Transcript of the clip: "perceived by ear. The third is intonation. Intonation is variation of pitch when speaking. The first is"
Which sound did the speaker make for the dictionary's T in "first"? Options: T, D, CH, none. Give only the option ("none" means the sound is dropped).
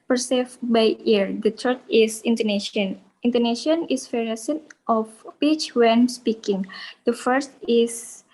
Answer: T